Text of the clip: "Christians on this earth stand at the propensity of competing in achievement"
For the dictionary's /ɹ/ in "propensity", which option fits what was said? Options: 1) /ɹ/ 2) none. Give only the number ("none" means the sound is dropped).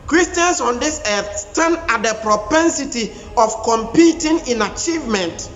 1